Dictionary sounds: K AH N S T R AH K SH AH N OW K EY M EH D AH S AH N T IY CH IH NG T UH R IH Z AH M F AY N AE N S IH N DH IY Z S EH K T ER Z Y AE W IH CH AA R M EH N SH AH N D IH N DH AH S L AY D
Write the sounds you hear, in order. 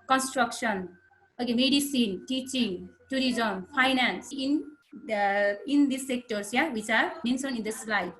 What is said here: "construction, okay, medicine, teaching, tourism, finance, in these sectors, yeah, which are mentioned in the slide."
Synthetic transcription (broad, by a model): K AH N S T R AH K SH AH N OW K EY M EH D AH S AH N T IY CH IH NG T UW R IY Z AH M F AY N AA N S IH N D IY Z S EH K T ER S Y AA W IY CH AA R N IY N S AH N IH N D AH S L AY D